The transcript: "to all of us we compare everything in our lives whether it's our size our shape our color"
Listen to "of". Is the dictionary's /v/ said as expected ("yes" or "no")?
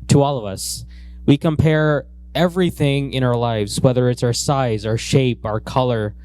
yes